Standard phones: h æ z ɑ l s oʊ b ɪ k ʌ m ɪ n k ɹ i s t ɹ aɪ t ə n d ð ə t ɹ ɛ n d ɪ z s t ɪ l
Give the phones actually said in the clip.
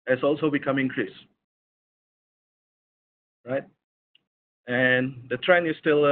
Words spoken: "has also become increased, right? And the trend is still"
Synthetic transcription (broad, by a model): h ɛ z ɑ l s oʊ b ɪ k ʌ m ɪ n k ɹ i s ɹ aɪ t ə n d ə t ɹ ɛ n ɪ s t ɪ l